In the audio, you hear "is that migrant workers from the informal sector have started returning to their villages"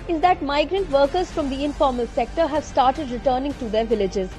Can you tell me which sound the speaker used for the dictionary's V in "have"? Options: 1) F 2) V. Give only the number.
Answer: 2